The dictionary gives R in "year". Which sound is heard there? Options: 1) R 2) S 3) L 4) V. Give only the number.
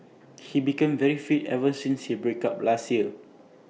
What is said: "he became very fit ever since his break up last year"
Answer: 3